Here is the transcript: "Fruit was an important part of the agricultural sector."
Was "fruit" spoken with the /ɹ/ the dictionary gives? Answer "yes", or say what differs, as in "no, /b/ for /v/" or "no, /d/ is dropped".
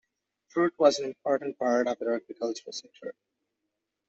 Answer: yes